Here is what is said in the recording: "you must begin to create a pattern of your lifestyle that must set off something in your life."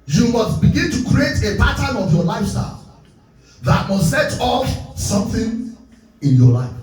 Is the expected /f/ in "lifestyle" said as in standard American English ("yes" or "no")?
yes